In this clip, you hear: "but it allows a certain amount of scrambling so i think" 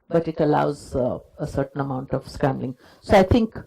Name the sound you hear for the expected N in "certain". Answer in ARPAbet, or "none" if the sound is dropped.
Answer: N